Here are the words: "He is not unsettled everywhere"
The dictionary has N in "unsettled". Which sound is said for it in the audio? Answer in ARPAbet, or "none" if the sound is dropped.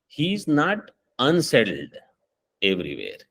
N